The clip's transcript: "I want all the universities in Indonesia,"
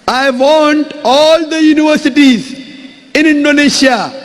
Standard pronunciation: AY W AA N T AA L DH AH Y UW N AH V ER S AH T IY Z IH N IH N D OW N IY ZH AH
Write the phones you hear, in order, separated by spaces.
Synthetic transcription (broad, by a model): AY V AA N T AA L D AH Y UW N AH V ER S AH T IY Z IH N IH N D OW N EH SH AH